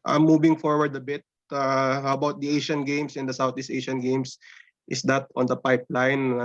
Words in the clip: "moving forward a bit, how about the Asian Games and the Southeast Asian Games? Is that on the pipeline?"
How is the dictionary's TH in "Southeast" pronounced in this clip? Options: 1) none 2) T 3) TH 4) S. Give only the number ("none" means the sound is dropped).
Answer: 2